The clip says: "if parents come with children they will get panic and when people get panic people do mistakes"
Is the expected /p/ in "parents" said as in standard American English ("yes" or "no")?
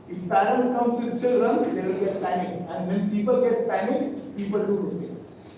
no